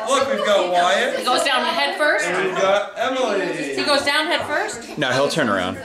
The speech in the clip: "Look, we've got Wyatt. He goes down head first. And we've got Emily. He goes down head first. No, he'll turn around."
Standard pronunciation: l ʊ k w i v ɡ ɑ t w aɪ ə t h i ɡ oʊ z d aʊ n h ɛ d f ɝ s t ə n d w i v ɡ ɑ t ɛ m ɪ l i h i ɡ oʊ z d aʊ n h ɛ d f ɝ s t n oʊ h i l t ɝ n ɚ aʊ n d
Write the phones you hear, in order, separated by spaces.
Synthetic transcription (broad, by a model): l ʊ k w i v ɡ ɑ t w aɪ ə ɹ h i ɡ oʊ z d aʊ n h ɛ d f ɝ s ə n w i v ɡ ɑ t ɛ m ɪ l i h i ɡ oʊ z d aʊ n h ɛ d f ɝ s t n oʊ h i l t ɝ n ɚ aʊ n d